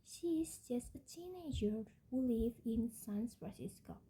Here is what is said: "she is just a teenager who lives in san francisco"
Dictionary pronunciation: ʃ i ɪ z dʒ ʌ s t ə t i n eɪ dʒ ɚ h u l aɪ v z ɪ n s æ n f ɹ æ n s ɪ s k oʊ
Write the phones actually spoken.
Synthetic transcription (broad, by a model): ʃ i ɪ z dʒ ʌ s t ə t i n eɪ dʒ ɚ h u l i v ɪ n s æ n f ɹ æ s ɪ s k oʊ